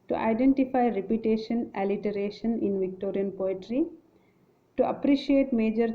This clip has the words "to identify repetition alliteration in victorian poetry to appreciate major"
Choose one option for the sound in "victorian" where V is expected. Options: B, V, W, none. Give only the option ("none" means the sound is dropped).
V